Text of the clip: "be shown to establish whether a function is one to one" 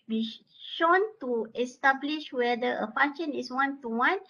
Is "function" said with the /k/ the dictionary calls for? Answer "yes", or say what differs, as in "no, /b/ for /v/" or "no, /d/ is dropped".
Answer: no, /k/ is dropped